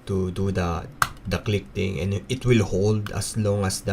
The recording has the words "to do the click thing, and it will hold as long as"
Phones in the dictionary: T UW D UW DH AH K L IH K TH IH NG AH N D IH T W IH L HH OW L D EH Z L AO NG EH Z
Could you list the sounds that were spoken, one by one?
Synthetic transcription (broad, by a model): T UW D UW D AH K L IH K T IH NG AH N IH T W IH L HH OW L D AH S L AO NG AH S